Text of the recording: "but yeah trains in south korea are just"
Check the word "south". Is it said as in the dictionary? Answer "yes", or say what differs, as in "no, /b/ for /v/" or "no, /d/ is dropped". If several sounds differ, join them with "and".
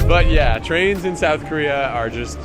yes